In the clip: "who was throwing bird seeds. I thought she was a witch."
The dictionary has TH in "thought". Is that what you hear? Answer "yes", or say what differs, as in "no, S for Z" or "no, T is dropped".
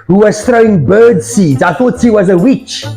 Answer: yes